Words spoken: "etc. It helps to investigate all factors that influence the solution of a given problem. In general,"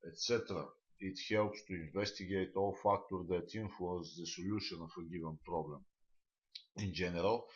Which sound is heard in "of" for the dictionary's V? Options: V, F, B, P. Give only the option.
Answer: F